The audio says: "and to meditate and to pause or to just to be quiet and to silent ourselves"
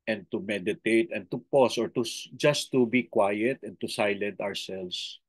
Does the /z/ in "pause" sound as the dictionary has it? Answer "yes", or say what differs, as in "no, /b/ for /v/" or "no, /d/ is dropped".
no, /s/ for /z/